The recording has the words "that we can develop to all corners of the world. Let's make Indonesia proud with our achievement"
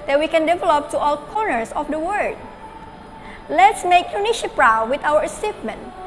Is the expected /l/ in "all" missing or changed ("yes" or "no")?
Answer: no